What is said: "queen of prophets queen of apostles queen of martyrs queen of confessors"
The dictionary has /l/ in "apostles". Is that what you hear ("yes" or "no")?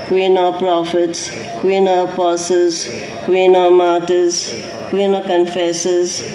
no